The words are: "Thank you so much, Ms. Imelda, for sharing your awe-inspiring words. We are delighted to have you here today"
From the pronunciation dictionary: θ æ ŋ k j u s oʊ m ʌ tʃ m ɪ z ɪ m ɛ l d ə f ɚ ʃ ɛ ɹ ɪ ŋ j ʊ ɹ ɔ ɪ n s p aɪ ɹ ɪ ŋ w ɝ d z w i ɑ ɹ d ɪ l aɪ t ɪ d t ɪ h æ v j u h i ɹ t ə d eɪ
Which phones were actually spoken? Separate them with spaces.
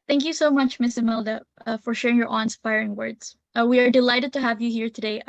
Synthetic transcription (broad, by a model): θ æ ŋ k j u s oʊ m ʌ tʃ m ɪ s ɪ m ɛ l d ə f ɚ ʃ ɛ ɹ ɪ ŋ j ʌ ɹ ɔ ɪ n s p aɪ ɹ ɪ ŋ w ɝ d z w i ɑ ɹ d ɪ l aɪ t ɪ d t ɪ h æ v j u h i ɹ t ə d eɪ